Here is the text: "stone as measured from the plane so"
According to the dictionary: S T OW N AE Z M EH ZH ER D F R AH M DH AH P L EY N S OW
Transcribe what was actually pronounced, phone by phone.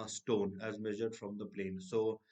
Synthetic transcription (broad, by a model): S T OW N AE Z M EH ZH ER D F R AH M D AH P L EY N S OW